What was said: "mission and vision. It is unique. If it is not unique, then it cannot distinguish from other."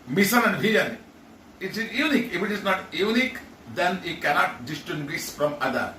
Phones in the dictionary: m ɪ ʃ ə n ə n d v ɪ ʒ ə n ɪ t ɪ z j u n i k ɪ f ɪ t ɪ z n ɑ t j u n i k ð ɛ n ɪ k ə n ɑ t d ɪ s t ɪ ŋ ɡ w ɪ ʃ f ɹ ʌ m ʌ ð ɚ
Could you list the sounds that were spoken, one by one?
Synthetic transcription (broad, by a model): m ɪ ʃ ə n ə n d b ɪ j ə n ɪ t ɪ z j u n i k ɪ f ɪ t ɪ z n ɑ t j u n i k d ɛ n ɪ k ə n ɑ t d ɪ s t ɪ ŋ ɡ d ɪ s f ɹ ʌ m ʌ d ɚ